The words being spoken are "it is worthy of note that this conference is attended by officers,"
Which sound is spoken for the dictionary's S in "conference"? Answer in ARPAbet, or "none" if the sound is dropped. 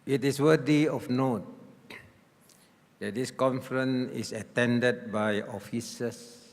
none